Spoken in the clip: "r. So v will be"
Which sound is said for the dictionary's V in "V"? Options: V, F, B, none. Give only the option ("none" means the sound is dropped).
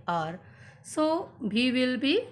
B